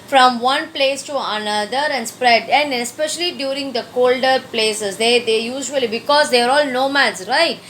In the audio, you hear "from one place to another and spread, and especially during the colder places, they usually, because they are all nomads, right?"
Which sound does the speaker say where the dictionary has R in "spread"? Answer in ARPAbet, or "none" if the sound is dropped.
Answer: R